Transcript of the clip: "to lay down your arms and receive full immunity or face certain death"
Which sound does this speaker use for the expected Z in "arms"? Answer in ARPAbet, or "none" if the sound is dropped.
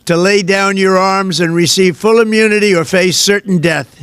Z